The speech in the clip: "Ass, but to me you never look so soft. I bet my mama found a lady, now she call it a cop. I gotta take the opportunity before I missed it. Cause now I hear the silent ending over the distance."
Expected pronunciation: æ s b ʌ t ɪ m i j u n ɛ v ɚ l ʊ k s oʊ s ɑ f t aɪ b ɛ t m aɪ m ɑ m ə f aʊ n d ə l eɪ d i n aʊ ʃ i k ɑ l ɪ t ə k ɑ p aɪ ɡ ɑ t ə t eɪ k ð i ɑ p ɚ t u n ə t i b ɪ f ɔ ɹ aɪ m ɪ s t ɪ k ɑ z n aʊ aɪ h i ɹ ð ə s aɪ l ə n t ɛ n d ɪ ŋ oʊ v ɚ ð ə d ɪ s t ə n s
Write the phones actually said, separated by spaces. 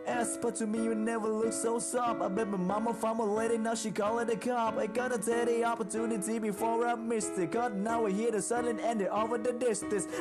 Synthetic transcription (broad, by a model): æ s b ʌ t ɪ m i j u n ɛ v ɚ l ʊ k s oʊ s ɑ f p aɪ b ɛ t m aɪ m ɑ m ə f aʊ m ə l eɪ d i n aʊ ʃ i k ɑ l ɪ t ə k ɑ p aɪ ɡ ɑ t ə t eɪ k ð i ɑ p ɚ t u n ə t i b ɪ f ɔ ɹ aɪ m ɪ s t ɪ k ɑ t n aʊ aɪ h i ɹ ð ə s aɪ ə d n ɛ n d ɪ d oʊ v ɚ ð ə d ɪ s t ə n s